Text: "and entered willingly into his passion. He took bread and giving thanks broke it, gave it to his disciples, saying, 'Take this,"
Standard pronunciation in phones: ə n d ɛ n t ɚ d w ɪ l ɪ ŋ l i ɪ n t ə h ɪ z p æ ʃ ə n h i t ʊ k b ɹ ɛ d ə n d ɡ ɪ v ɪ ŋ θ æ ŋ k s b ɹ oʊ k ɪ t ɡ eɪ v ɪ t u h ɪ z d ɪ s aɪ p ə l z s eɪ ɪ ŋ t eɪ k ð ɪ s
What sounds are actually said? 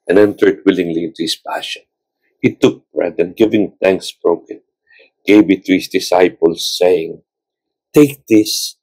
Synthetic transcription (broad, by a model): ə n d ɛ n t ɚ d w ɪ l ɪ ŋ l i ɪ n t ə h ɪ s p æ ʃ ə n h i t ʊ k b ɹ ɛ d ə n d ɡ ɪ v ɪ ŋ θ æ ŋ k s b ɹ oʊ k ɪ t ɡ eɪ b ɪ t u h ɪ s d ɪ s aɪ p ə l s eɪ ɪ ŋ t eɪ k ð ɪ s